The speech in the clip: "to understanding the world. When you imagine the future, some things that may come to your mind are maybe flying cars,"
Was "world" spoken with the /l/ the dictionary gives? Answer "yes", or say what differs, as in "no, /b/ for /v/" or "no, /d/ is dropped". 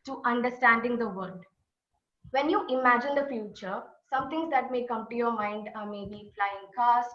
no, /l/ is dropped